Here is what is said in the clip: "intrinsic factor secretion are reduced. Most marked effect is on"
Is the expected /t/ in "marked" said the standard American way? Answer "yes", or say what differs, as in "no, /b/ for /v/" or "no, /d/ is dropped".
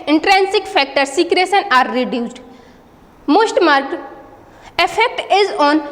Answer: no, /t/ is dropped